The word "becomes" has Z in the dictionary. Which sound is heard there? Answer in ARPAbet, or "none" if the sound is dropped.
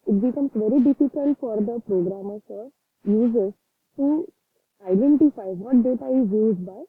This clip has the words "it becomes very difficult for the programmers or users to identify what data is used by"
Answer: S